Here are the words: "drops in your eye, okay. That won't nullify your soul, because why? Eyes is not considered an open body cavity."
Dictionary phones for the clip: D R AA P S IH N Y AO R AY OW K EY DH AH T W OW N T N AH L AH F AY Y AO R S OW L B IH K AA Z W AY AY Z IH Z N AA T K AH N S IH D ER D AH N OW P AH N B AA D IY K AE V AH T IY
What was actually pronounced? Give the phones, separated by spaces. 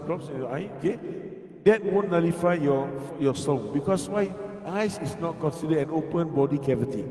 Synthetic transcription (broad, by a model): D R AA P S IH N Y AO AY OW K EY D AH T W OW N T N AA L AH F AY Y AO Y S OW N B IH K AA S W AY AY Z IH S N AA T K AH N S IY D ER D AH N OW P AH N B AA D IY K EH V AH T IY